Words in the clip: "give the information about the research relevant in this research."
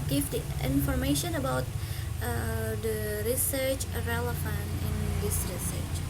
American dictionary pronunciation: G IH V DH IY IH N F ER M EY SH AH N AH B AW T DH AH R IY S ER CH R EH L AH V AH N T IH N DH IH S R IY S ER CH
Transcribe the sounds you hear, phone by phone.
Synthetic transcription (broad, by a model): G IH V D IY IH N F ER M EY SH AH N AH B AW T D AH R IY S ER CH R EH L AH F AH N IH N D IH S R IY S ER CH